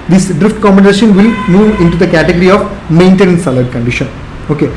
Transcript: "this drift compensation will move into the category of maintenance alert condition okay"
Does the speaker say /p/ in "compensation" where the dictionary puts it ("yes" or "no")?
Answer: no